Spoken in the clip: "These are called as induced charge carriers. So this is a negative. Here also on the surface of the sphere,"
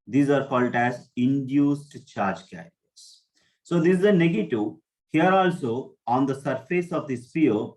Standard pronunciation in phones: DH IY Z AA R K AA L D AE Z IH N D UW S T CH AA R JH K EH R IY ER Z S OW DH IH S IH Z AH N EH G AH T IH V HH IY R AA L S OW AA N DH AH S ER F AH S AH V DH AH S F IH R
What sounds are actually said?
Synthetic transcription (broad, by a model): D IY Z AA R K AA L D AE Z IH N D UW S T CH AA R JH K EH IY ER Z S OW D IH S IH Z AH N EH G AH T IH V HH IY R AA L S OW AA N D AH S ER F AH S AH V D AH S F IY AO